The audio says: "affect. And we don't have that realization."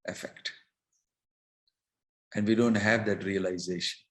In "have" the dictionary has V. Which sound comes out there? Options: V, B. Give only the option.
V